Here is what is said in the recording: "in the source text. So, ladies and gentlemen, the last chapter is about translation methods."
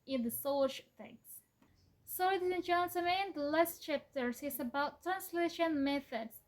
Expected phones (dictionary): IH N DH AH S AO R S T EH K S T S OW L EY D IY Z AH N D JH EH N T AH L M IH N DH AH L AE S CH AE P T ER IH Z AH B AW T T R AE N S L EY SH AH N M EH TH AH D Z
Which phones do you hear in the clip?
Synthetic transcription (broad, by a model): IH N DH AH S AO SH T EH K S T S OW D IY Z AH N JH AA N S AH M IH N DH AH L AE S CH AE P T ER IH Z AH B AW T T R AE N S L EY SH AH N M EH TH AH D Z